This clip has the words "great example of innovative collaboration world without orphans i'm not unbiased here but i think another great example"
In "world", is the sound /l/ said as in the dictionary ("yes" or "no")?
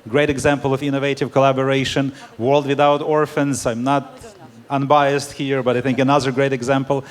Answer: yes